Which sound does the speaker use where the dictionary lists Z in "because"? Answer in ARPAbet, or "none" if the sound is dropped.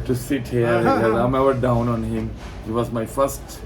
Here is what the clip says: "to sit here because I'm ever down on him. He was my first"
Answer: none